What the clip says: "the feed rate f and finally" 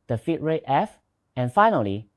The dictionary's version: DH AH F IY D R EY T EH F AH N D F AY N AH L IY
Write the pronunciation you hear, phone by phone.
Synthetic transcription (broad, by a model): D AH F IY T R EY T EH F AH N F AY N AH L IY